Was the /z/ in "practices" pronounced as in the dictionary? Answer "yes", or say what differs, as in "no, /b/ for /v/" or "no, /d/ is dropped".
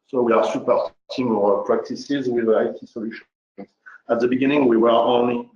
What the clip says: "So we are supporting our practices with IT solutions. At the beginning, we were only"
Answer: yes